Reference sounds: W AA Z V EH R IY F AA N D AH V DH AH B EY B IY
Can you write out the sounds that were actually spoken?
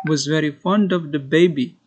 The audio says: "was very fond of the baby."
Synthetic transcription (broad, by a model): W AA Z V EH R IY F AA N D AH V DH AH B EY B IY